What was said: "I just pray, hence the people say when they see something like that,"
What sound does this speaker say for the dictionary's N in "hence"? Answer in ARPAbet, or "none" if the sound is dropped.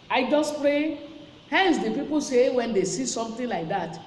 N